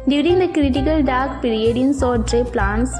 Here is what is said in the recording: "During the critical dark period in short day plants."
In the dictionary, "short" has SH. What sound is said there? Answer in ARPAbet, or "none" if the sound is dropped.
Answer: S